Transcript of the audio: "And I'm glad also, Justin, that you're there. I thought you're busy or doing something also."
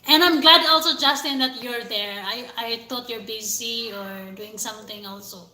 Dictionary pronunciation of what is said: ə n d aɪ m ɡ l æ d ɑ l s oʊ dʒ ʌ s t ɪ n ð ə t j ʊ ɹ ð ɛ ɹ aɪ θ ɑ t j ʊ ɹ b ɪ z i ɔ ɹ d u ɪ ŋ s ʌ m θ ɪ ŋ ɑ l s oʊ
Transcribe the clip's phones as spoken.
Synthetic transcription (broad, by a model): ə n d aɪ m ɡ l æ d ɑ l s oʊ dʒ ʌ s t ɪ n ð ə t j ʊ ɹ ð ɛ ɹ aɪ t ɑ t j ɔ ɹ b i s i ɔ ɹ d u ɪ ŋ s ʌ m θ ɪ ŋ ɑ l s oʊ